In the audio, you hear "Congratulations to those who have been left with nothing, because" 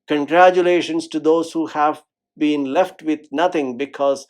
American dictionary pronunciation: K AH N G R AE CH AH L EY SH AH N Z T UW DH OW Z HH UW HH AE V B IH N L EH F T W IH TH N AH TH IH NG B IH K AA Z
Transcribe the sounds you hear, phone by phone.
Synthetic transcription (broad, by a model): K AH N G R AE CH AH L EY SH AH N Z T UW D OW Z HH UW HH AE V B IH N L EH F T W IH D N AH T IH NG B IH K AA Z